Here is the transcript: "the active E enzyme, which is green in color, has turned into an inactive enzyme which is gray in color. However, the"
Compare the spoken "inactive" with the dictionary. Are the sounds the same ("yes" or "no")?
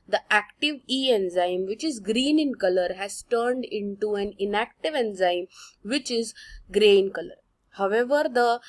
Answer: yes